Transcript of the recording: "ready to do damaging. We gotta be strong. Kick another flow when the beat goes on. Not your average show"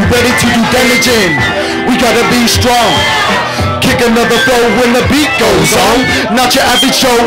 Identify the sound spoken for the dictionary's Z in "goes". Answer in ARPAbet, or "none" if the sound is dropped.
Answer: Z